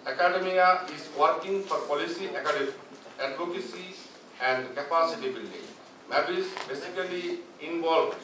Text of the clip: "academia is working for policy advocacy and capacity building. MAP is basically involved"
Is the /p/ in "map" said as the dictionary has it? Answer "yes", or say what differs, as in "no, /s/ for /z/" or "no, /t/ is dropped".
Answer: no, /b/ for /p/